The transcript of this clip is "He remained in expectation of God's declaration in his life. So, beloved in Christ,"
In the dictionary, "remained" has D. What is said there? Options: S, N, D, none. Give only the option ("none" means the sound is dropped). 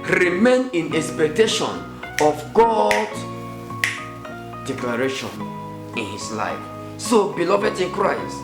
none